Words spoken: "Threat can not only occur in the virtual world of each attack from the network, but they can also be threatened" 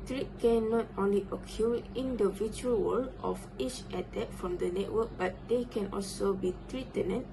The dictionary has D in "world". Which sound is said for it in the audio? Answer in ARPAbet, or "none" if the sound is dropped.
none